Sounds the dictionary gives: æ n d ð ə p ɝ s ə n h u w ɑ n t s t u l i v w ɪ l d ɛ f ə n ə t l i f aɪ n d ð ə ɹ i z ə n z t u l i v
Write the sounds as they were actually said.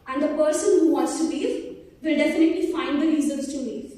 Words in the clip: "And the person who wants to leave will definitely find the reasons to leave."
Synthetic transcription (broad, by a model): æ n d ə p ɝ s ə n h u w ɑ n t s t u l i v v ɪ l d ɛ f ə n ə t l i f aɪ n d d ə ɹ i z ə l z t u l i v